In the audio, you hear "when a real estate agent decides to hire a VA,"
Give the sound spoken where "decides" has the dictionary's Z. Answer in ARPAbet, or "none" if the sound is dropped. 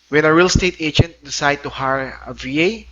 none